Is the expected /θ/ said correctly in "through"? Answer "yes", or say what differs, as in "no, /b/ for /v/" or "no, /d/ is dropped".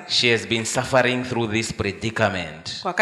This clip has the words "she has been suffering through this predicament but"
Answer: yes